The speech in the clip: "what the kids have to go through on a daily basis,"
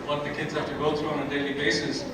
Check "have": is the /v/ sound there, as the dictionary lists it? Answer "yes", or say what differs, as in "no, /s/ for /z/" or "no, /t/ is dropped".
no, /f/ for /v/